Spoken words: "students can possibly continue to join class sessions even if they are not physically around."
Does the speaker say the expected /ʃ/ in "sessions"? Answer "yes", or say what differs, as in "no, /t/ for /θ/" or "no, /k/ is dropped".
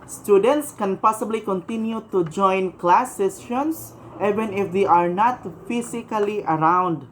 no, /s/ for /ʃ/